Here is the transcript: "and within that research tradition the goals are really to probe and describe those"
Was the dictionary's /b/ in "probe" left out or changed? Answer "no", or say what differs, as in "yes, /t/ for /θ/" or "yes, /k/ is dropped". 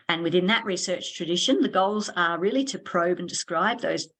no